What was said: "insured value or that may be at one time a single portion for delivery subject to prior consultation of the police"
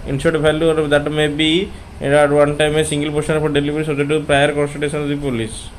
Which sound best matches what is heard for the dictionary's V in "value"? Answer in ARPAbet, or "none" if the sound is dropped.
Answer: F